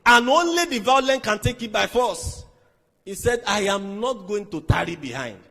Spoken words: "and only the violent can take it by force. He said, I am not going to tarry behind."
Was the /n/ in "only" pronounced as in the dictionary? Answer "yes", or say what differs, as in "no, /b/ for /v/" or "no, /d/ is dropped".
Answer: yes